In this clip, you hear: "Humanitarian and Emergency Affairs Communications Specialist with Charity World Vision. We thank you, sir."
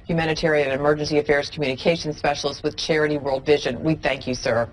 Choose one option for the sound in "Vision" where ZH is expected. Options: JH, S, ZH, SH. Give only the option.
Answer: ZH